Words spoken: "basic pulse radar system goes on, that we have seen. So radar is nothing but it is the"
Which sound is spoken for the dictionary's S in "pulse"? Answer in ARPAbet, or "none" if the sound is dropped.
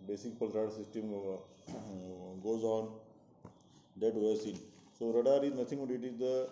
none